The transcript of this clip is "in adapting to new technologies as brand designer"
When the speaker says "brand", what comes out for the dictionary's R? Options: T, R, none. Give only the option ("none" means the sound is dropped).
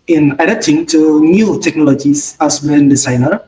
none